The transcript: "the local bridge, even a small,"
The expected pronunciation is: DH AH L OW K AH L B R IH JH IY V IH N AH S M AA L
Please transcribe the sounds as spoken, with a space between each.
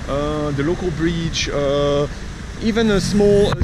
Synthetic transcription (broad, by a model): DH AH L OW K AH L B R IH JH IY V IH N AH S M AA L